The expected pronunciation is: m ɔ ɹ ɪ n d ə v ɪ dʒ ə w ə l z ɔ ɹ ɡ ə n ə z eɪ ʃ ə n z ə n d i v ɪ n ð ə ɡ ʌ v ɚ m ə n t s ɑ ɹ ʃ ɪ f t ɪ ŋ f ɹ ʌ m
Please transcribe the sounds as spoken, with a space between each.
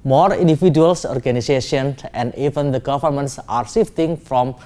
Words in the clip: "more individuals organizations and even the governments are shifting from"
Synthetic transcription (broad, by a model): m ɔ ɹ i n d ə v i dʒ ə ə l s ɔ ɹ ɡ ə n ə s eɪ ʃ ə n ə n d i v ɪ n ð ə ɡ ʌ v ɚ m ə n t s ɑ ɹ s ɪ f t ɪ ŋ f ɹ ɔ m